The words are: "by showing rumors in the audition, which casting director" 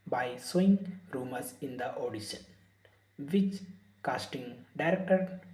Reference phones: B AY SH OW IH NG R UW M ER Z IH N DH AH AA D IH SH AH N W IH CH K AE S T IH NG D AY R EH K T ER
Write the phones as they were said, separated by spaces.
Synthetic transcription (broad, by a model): B AY S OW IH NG R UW M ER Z IH N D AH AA D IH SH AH N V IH CH K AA S T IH NG D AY R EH K T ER